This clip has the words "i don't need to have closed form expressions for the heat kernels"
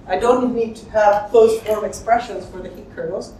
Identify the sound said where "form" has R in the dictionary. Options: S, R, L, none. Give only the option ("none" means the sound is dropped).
L